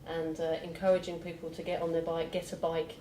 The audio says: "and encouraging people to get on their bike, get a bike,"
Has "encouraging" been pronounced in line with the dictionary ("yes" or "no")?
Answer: yes